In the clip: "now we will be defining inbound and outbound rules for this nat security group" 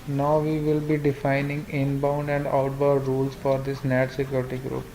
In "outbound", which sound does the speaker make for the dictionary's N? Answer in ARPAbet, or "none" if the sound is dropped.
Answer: none